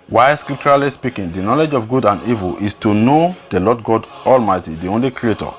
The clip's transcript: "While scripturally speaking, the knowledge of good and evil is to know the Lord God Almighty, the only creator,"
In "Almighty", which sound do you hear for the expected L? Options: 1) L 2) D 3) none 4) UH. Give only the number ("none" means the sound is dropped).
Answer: 1